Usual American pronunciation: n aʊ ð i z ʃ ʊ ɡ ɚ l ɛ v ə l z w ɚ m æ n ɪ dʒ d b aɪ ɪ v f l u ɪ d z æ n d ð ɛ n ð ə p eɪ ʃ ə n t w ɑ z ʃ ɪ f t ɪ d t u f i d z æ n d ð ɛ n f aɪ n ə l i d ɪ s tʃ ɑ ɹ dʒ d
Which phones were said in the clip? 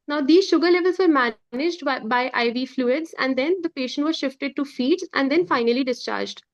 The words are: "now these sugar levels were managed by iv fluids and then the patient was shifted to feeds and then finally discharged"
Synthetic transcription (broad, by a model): n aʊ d i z ʃ ʊ ɡ ɚ l ɛ v ə l z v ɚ m æ n ɪ dʒ d b aɪ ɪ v f l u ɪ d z æ n d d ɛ n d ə p eɪ ʃ ə n t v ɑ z ʃ ɪ f t ɪ d t u f i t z æ n d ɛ n f aɪ n ə l i d ɪ s tʃ ɑ ɹ dʒ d